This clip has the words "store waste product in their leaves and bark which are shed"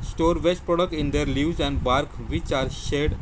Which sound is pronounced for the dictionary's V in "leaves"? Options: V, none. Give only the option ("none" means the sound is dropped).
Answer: none